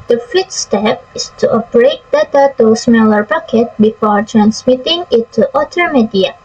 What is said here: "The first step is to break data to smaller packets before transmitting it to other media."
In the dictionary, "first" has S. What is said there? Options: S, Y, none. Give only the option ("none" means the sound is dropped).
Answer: none